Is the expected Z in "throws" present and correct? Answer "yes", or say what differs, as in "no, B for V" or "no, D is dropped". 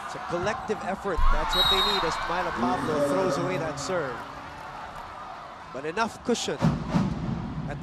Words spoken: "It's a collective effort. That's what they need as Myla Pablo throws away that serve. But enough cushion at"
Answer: yes